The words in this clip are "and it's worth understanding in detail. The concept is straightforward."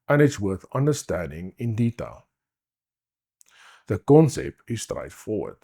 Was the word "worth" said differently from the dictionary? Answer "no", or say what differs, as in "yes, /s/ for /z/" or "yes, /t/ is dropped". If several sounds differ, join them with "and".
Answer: no